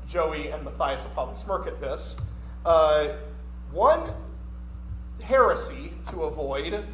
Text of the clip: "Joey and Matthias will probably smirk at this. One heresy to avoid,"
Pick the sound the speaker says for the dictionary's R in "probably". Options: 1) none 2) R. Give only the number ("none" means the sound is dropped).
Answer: 1